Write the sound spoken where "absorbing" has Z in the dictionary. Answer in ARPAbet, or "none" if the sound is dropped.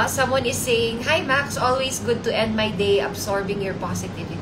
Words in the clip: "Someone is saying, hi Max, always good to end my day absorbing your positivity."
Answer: S